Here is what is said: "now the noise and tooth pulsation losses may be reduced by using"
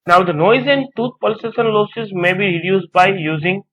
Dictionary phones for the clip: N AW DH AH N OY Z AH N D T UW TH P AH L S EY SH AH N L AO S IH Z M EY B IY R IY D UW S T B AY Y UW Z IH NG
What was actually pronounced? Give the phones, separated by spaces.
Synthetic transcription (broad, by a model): N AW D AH N OY Z AH N D T UW T P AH L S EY S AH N L AO S IH Z M EY B IY R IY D UW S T B AY Y UW Z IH NG